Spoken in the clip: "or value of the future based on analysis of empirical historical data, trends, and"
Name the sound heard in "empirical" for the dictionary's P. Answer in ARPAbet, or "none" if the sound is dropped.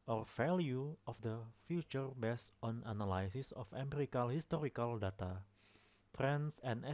none